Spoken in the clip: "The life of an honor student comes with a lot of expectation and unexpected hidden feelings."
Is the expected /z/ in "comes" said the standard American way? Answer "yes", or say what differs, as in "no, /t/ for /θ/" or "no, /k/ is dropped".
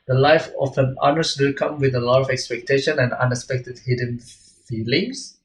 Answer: no, /z/ is dropped